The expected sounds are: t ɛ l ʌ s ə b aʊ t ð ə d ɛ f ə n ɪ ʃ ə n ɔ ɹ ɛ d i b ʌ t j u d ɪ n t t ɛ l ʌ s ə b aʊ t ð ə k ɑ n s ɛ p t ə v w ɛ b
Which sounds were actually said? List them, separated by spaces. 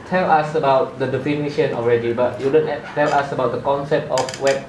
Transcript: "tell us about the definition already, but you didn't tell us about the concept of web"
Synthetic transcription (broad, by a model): t ɛ l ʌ s ə b aʊ t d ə d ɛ f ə n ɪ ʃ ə n ɔ ɹ ɛ d i b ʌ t j u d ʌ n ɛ t ɛ l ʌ s ə b aʊ t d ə k ɑ n s ɛ p t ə f w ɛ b